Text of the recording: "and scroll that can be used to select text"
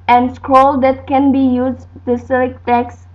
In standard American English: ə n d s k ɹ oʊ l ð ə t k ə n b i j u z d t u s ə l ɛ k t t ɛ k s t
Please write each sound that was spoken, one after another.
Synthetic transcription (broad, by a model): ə n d s k ɹ oʊ l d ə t k ə n b i j u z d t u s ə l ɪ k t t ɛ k s